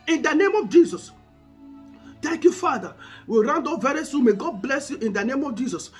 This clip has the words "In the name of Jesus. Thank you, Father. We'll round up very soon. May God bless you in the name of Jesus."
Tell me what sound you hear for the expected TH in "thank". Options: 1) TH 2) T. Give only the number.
2